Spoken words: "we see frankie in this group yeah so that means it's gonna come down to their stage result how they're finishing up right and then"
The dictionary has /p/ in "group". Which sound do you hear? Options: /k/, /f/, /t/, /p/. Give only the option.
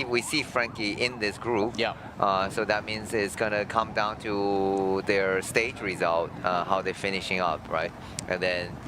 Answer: /p/